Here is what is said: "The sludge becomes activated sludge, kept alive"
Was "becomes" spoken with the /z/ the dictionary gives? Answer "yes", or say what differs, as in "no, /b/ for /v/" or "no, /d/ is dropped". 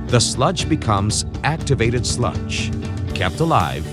yes